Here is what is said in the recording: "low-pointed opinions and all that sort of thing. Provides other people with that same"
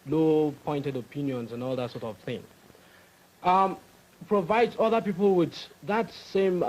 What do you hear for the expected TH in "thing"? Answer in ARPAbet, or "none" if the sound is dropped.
TH